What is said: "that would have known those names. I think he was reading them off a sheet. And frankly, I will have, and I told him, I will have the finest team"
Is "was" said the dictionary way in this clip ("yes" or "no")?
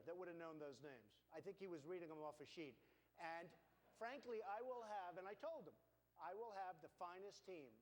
yes